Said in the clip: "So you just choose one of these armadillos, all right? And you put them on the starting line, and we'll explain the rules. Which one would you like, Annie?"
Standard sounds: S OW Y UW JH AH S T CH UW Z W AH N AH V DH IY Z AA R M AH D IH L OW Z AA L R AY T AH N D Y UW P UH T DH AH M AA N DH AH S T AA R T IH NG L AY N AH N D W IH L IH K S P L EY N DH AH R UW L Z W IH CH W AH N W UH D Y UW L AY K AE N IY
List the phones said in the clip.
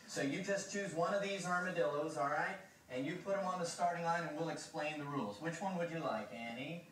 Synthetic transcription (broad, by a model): S OW Y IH JH AH S CH UW Z W AH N AH V DH IY Z AA R M AH D IH L OW Z AA L R AY T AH N Y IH P UH T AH M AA N DH AH S T AA R T IH NG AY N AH N W IH L IH K S P L EY N DH AH R UW L Z W IH CH W AH N W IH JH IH L AY K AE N IY